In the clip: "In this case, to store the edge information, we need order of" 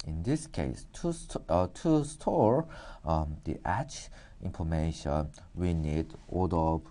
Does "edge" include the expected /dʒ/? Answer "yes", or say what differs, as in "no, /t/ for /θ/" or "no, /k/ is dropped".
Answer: no, /tʃ/ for /dʒ/